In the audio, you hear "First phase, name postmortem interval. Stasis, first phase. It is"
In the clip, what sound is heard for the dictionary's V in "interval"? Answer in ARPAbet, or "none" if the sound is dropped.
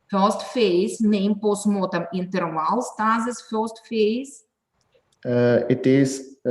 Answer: W